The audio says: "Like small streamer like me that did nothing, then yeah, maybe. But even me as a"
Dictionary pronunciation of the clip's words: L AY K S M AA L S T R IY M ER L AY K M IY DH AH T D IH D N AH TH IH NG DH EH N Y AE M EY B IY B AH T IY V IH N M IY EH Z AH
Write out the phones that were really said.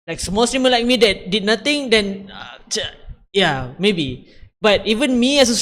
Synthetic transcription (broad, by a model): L AY K S M AA L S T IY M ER L AY K M IY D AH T D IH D N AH T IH NG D EH N Y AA M EY B IY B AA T IY V IH N M IY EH S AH